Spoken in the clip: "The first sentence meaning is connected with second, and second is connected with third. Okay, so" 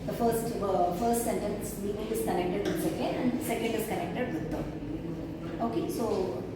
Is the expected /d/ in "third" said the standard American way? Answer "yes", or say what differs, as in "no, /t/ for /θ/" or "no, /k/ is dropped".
no, /d/ is dropped